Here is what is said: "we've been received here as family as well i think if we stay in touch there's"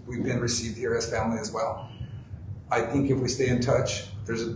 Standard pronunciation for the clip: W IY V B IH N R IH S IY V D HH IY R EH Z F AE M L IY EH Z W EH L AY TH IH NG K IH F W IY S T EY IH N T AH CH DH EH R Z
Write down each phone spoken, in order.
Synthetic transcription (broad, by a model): W IY V B IH N R IH S IY V D HH IY R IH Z F AE M L IY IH Z W EH L AY TH IH NG K IH F W IY S T EY IH N T AH CH DH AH R Z